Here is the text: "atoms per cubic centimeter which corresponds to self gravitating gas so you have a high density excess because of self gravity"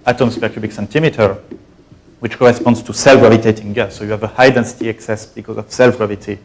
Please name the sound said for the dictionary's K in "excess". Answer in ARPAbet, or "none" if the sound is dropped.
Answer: K